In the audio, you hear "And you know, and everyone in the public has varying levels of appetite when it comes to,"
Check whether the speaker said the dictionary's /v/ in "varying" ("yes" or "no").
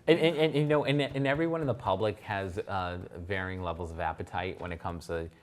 yes